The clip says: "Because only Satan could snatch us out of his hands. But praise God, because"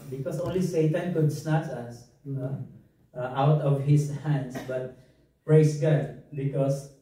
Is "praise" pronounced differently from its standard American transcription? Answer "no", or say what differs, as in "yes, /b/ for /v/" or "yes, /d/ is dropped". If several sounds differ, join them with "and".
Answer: yes, /s/ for /z/